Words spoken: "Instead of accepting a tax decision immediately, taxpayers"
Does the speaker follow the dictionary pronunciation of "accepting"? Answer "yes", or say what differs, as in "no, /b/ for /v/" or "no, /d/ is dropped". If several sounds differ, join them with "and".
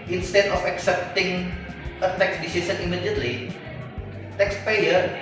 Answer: yes